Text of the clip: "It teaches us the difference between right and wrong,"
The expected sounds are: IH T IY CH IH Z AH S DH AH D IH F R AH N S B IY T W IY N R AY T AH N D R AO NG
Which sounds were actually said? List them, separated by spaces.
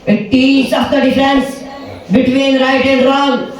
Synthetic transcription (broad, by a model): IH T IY S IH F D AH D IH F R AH N S B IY T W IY N R AY T AH N D R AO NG